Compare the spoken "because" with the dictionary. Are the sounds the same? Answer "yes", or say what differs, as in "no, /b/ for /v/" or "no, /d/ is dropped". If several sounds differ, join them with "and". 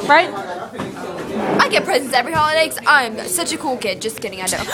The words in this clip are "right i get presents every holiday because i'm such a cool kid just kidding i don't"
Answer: no, /z/ is dropped